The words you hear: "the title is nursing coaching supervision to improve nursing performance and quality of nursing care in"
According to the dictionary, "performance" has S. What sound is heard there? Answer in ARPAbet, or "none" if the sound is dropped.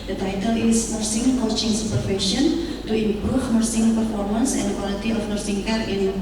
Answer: S